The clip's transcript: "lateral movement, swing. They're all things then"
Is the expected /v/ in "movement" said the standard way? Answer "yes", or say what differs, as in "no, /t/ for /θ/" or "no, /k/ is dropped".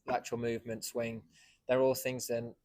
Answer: yes